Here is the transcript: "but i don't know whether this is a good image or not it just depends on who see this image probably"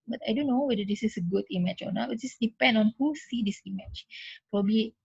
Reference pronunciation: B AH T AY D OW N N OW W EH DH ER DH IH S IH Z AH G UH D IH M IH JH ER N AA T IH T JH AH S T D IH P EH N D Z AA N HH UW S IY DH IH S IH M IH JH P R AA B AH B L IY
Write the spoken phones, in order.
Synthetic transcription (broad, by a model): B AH T AY D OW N N OW W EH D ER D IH S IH S AH G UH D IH M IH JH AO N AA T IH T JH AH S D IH P EH N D AA N HH UW S IY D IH S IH M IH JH P R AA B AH B L IY